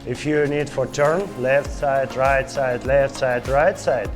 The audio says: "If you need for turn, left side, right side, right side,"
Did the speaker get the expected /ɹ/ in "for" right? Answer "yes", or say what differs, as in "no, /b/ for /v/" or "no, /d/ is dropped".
yes